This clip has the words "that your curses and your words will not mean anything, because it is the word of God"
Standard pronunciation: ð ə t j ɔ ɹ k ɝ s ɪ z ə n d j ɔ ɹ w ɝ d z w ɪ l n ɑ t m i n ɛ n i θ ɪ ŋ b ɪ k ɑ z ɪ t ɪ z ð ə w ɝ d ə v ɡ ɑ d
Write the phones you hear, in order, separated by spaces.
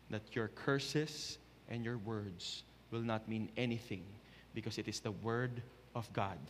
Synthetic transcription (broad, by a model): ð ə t j ɔ ɹ k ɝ s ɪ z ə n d j ɔ ɹ w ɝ d s w ɪ l n ɑ t m i n ɛ n i θ ɪ ŋ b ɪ k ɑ s ɪ t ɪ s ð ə w ɝ d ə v ɡ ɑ d